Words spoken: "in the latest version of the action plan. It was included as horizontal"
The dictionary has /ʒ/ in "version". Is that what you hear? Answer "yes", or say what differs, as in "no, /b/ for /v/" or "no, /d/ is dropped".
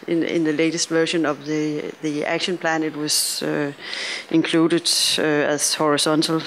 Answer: no, /ʃ/ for /ʒ/